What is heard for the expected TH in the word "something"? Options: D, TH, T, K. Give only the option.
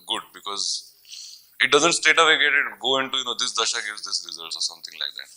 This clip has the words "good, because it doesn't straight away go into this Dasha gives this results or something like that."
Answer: T